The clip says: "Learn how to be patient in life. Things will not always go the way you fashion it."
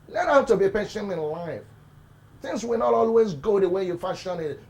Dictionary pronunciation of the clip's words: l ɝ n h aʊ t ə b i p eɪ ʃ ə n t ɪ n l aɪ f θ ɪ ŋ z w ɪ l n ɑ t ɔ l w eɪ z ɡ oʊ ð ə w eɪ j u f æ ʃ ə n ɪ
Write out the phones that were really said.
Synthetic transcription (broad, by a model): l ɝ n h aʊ t ə b i p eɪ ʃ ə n ɪ n l aɪ f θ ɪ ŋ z w ɪ l n ɑ t ɔ l w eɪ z ɡ oʊ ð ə w eɪ j u f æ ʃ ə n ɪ